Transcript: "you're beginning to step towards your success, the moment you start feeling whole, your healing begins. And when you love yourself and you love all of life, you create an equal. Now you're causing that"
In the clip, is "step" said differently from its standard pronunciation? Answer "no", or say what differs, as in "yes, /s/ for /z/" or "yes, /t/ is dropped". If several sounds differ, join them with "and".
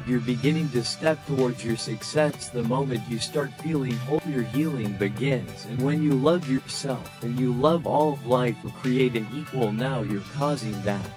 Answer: no